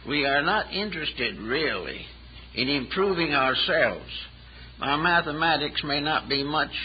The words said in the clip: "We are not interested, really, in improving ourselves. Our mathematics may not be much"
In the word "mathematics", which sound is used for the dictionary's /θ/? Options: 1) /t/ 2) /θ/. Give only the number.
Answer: 2